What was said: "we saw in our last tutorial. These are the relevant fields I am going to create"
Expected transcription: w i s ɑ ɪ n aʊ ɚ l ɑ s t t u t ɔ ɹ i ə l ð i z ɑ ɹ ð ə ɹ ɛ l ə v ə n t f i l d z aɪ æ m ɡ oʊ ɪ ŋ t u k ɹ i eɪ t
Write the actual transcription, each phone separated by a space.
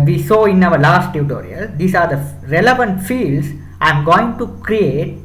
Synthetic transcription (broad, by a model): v i s ɑ ɪ n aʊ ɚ l ɑ s t t u t ɔ ɹ i ə l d i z ɑ ɹ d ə ɹ ɛ l ə v ə n t f i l d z aɪ m ɡ oʊ ɪ ŋ t u k ɹ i eɪ t